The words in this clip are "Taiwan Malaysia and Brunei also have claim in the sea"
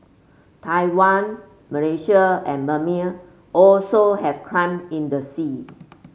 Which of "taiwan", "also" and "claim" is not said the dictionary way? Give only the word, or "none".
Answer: claim